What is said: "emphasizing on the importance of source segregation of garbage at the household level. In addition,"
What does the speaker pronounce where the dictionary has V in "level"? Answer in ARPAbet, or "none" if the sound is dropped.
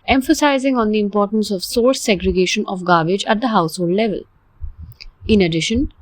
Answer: V